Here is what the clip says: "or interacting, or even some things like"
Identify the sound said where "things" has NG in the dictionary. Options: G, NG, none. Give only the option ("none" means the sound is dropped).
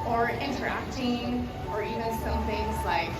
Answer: NG